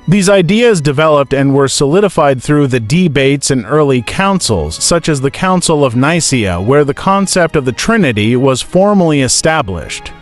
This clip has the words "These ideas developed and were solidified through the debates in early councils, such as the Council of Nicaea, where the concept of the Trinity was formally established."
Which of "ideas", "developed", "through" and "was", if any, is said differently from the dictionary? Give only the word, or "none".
none